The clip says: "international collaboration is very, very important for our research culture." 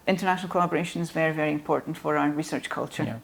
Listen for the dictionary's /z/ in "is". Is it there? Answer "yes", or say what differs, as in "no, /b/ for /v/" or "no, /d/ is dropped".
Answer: yes